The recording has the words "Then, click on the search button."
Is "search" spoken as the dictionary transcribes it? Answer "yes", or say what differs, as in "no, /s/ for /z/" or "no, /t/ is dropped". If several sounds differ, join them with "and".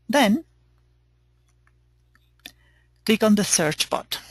yes